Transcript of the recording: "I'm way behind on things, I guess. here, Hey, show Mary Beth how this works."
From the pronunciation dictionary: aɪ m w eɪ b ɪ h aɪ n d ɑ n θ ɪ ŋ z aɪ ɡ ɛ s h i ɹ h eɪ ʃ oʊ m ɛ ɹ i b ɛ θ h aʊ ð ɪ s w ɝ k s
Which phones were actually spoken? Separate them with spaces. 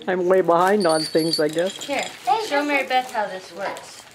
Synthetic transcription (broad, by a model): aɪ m w eɪ b ɪ h aɪ n d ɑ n θ ɪ ŋ z aɪ ɡ ɛ s h i ɹ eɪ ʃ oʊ m ɛ ɹ i b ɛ t h aʊ ð ɪ s w ɝ k s